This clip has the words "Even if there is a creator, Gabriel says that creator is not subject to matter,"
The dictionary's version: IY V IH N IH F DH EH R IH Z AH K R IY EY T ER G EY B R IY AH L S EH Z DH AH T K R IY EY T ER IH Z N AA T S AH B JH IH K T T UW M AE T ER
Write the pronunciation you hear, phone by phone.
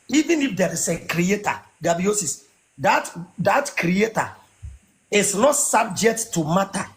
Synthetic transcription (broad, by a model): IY V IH N IH F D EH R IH S AH K R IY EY T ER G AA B IY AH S S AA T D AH T K R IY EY T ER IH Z N AA T S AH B JH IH K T T UW M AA T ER